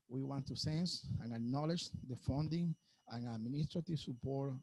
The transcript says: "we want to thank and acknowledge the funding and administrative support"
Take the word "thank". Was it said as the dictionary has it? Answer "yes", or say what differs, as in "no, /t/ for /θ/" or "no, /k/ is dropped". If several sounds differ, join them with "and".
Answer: no, /s/ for /θ/